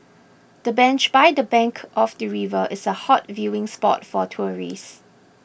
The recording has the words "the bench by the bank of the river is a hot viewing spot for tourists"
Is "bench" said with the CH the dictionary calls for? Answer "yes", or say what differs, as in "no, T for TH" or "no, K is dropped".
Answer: yes